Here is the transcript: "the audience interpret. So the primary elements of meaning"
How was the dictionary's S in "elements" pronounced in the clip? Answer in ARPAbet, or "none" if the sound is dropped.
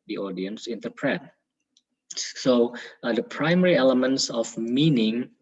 S